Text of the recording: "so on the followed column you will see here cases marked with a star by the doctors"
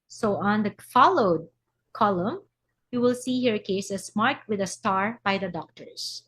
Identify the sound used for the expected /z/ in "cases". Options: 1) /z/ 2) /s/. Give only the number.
2